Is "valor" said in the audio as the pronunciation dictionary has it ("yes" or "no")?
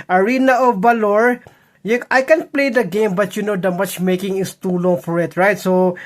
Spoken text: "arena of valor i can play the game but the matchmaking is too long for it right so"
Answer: no